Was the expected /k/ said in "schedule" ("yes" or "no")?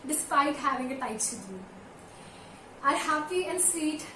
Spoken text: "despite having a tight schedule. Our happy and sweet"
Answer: no